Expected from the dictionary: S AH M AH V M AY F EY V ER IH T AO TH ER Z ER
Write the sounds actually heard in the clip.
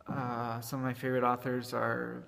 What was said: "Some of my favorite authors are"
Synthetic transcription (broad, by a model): S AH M AH V M AY F EY V ER IH T AO TH ER Z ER